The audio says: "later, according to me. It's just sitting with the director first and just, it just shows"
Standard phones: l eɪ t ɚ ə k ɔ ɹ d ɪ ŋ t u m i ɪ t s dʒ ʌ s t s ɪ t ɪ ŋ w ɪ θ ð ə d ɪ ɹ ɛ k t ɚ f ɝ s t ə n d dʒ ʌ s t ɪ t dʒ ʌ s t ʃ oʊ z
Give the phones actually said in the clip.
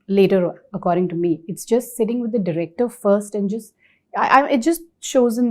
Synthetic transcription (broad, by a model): l eɪ t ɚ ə k ɔ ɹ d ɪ ŋ t u m i ɪ t s dʒ ʌ s t s ɪ t ɪ ŋ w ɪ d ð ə d ɪ ɹ ɛ k t ɚ f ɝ s t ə n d dʒ ʌ s t ɪ t dʒ ʌ s t ʃ oʊ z